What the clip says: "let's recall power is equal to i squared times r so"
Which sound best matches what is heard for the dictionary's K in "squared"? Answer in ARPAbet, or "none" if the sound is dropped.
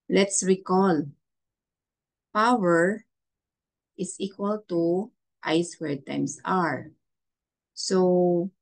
none